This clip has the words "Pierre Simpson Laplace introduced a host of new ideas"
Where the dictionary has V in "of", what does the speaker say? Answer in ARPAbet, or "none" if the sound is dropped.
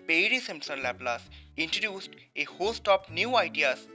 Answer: P